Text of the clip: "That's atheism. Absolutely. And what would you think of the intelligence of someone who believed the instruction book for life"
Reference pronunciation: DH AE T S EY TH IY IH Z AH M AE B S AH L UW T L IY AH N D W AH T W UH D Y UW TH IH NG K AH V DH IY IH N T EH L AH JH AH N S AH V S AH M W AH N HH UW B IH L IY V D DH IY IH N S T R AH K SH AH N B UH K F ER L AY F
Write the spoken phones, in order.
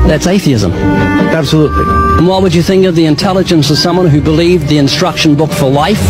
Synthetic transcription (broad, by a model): DH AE T S EY TH IY IH Z AH M AE B S AH L UW T L IY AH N W AH T W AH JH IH TH IH NG K AH V DH IY IH N T EH L AH JH AH N S AH V S AH M W AH N HH UW B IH L IY V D DH IY IH N S T R AH K SH AH N B UH K F ER L AY F